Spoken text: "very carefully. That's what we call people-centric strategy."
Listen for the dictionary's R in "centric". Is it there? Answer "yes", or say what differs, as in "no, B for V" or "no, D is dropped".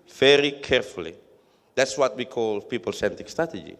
no, R is dropped